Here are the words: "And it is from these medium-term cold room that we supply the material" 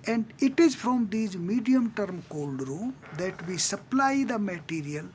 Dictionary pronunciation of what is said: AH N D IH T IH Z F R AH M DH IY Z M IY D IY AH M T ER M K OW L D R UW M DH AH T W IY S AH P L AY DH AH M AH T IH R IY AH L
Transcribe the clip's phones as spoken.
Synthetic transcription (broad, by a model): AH N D IH T IH Z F R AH M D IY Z M IY D IY AH M T ER M K OW L D R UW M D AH T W IY S AH P L AY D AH M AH T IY R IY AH L